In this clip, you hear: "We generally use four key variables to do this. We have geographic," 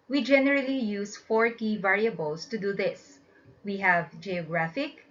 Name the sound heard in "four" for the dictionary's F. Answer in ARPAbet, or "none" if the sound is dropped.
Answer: F